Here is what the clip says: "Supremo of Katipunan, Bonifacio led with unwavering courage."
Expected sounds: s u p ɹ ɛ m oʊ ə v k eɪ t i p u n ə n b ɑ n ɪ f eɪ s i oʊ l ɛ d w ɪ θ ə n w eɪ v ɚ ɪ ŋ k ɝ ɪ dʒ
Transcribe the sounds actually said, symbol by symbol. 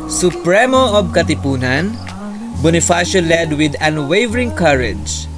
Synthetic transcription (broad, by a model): s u p ɹ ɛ m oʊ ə b k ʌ t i p u n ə n b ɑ n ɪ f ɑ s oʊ l ɛ d w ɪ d ə n w eɪ v ɚ ɪ ŋ k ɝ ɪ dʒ